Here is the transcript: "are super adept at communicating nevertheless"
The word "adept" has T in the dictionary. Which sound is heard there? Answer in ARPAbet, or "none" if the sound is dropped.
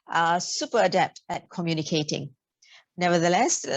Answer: T